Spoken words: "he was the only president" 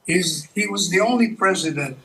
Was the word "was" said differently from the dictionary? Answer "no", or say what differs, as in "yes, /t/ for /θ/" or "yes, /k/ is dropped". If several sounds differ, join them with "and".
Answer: no